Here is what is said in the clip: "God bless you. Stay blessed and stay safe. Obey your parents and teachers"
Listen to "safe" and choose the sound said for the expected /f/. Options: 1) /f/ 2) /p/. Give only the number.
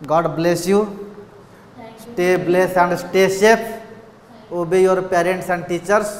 2